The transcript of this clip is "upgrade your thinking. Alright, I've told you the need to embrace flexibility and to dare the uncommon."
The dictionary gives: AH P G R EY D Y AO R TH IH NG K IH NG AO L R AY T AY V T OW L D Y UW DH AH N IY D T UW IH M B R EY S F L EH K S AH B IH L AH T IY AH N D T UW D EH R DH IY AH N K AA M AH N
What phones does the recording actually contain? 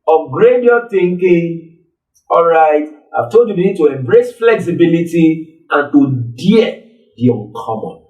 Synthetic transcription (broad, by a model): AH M G R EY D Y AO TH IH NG K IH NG AO L R AY T AY V T OW L D Y UW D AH N IY D T UW IH M B R EY S F L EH K S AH B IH L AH T IY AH N T UW D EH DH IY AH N K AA M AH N